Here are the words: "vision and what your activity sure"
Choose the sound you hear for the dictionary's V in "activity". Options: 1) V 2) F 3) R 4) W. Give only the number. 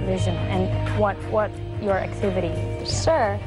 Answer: 1